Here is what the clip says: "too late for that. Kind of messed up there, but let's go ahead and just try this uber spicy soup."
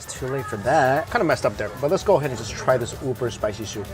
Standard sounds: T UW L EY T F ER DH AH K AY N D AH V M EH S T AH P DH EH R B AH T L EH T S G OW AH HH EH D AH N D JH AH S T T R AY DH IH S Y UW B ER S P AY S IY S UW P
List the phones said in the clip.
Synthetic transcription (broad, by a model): T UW L EY T F ER DH AH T AY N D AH M EH S T AH P DH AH R B AH T L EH T S G OW AH HH EH D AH N JH AH S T T R AY DH IH S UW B ER S P AY S IY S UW